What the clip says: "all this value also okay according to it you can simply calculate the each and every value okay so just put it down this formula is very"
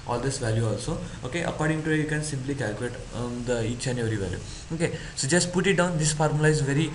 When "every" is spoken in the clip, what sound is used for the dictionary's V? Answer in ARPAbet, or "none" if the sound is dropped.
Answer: none